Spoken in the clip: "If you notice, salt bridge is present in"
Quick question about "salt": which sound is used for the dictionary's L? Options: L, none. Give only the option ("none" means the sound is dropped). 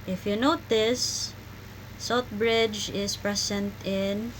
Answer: none